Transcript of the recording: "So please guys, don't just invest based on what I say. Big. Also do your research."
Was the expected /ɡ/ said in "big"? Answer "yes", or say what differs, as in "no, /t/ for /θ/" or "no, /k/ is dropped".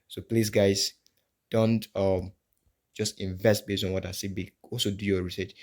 no, /ɡ/ is dropped